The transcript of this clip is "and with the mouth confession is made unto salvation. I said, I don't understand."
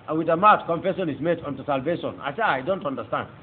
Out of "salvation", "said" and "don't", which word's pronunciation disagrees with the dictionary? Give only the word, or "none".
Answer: said